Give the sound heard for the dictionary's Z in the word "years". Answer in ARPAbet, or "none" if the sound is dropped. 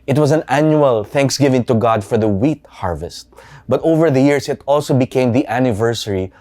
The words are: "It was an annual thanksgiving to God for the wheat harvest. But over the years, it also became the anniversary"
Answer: S